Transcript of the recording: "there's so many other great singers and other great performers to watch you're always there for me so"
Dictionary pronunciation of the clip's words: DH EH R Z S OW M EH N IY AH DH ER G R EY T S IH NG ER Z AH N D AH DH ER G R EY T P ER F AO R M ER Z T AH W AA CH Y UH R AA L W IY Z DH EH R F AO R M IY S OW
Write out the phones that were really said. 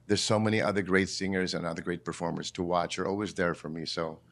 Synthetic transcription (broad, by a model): DH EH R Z S OW M EH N IY AH DH ER G R EY T S IH NG ER Z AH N AH DH ER G R EY T P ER F AO R M ER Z T AH W AA CH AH R AA L W IY Z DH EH R F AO R M IY S OW